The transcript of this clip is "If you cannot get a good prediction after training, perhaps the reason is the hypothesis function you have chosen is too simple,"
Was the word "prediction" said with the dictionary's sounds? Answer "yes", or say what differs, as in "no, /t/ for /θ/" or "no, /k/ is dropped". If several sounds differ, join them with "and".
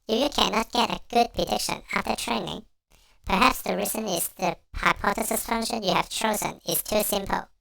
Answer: yes